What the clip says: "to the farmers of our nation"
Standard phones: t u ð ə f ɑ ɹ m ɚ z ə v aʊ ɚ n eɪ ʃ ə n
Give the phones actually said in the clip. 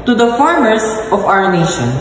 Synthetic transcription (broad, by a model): t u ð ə f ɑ ɹ m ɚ s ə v aʊ ɚ n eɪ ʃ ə n